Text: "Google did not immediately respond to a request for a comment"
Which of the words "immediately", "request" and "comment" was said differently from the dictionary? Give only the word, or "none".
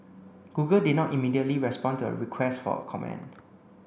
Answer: comment